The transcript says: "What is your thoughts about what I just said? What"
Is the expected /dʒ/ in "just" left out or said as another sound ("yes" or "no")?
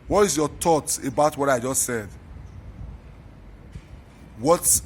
no